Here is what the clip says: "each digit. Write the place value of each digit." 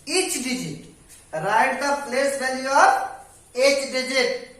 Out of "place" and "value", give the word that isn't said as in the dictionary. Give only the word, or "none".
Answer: value